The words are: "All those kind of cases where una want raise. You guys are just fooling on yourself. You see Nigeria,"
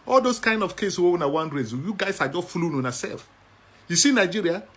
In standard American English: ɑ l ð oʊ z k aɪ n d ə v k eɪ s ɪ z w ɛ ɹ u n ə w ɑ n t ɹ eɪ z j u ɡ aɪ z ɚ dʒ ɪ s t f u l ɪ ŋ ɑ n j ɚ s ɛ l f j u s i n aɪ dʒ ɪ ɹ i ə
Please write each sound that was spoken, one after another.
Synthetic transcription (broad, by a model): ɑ l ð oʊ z k aɪ n d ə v k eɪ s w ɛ w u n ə w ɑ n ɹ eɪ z j u ɡ aɪ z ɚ dʒ ɪ s t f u l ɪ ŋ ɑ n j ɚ s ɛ l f j u s i n aɪ dʒ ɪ ɹ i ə